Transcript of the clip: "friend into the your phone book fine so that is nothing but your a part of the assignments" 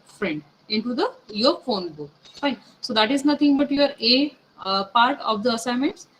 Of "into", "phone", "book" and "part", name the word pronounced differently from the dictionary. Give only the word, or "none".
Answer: none